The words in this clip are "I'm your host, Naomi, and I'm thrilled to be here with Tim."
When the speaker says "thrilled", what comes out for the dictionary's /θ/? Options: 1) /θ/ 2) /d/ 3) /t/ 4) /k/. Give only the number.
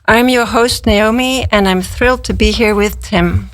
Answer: 1